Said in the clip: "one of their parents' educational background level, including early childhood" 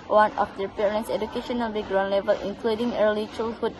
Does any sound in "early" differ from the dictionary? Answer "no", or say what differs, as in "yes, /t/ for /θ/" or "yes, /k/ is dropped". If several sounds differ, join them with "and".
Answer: no